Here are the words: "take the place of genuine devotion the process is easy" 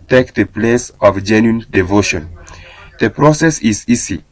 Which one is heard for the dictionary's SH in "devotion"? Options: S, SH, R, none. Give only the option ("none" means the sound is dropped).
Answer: SH